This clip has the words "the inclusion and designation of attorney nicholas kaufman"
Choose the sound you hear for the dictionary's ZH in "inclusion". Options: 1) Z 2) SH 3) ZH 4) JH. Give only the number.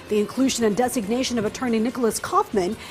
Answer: 3